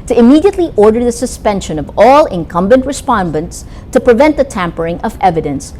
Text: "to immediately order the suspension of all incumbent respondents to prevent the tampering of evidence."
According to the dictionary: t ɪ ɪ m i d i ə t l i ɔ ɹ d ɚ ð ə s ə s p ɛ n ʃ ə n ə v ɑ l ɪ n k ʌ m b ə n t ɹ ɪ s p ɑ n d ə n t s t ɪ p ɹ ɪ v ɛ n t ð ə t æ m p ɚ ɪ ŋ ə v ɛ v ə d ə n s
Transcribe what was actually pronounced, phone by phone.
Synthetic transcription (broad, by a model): t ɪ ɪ m i d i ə t l i ɔ ɹ d ɚ ð ə s ə s p ɛ n ʃ ə n ə v ɑ l ɪ n k ʌ m b ə n t ɹ ɪ s p ɑ n d ə n t s t ɪ p ɹ ɪ v ɛ n t ð ə t æ m p ɚ ɪ ŋ ə v ɛ v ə d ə n s